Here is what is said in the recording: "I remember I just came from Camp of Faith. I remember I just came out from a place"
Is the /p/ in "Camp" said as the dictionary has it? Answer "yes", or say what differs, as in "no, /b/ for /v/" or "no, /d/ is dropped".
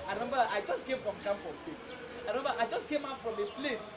no, /f/ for /p/